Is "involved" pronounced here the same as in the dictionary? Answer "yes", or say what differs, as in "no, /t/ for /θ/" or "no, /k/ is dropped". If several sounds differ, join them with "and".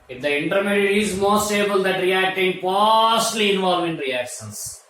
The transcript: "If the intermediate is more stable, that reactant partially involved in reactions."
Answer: no, /d/ is dropped